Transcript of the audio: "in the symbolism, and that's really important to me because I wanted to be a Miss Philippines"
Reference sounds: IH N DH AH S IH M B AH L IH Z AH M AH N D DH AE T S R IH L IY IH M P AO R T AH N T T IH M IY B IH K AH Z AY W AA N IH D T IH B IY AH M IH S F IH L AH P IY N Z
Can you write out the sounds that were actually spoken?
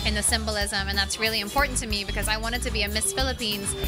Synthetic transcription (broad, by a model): IH N DH AH S IH M B AH L IH Z AH M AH N DH AE T S R IH L IY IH M P AO R T N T T IH M IY B IH K AH Z AY W AA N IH D T IH B IY AH M IH S F IH L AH P IY N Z